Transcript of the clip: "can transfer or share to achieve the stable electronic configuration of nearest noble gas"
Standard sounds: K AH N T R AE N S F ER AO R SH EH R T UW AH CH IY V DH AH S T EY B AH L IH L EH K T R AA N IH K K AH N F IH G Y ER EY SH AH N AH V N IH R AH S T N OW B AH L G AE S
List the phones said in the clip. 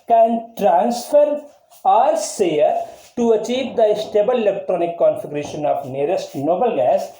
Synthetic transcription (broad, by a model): K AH N T R AE N S F ER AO R S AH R T UW AH CH IY V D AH S T EY B AH L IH L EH K T R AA N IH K K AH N F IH G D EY SH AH N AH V N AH R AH S T N OW B AH L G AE S